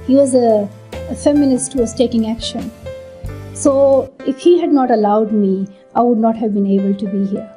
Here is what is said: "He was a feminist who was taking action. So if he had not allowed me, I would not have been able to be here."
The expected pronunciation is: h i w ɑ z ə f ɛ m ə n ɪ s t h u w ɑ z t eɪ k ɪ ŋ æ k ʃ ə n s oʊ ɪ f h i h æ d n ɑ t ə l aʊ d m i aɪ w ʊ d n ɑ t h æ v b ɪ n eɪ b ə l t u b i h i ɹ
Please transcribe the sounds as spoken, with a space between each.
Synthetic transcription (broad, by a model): h i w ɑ z ə f ɛ m ə n ɪ s t h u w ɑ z t eɪ k ɪ ŋ æ k ʃ ə n s oʊ ɪ f h i h æ d n ɑ t ə l aʊ d m i aɪ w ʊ d n ɑ t h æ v b ɪ n eɪ b ə l t u b i h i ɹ